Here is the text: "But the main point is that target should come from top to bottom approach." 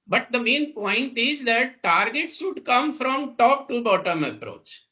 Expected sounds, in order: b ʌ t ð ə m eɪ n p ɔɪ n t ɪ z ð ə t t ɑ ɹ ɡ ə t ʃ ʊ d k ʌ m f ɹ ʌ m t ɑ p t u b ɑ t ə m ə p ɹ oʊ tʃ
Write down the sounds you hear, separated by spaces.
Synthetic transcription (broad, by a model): b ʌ t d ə m eɪ n p ɔɪ n t ɪ z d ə t t ɑ ɹ ɡ ə t s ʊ d k ʌ m f ɹ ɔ m t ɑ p t u b ɑ t ə m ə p ɹ oʊ tʃ